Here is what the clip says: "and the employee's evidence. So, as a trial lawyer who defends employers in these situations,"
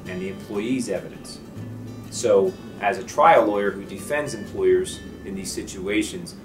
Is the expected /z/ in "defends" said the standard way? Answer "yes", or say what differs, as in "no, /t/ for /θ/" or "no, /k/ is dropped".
yes